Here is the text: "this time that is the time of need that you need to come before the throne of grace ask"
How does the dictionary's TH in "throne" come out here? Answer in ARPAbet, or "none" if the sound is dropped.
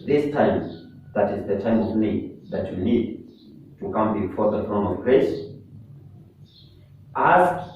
F